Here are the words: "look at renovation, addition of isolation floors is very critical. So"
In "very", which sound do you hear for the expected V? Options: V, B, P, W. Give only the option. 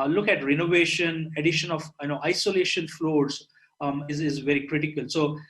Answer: V